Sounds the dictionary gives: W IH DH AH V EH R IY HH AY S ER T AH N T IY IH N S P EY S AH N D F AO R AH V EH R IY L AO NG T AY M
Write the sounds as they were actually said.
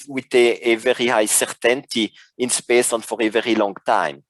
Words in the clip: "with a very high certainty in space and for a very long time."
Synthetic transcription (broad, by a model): W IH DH AH V EH R IY HH AY S ER T AH N T IY IH N S P EY S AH N F AO R AH V EH R IY L AO NG T AY M